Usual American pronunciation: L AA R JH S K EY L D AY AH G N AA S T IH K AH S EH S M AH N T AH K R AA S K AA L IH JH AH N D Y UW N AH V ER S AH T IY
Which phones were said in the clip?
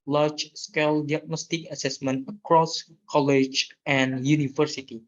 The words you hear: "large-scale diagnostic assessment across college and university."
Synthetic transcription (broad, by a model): L AA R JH S K EY L D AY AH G N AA S T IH K AH S EH S M AH N T AH K R AA S K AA L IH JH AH N Y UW N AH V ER S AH T IY